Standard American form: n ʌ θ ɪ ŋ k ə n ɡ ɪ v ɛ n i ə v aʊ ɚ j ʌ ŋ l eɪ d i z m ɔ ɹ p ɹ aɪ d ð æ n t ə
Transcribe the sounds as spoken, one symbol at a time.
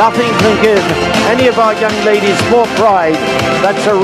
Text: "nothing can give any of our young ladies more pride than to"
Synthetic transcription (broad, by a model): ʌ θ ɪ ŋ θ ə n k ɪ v ɛ n i ə v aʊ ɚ j ʌ ŋ l eɪ d i z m ɔ ɹ p ɹ aɪ d ð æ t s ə